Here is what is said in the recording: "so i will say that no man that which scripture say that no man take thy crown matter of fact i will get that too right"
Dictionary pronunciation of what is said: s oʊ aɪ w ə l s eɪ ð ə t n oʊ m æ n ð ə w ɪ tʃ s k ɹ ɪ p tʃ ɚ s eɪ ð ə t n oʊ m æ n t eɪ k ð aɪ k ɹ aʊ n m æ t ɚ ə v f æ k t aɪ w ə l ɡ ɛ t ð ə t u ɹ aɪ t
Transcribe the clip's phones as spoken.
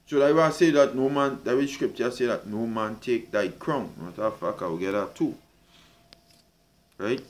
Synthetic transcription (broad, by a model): s oʊ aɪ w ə s eɪ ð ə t n oʊ m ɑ n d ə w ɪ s k ɹ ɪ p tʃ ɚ s eɪ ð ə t n oʊ m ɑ n t eɪ k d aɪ k ɹ aʊ n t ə f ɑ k aɪ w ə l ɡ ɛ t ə t u ɹ aɪ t